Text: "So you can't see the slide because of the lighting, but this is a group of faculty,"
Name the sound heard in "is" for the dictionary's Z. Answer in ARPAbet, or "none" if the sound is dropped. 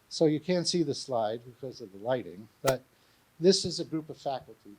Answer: Z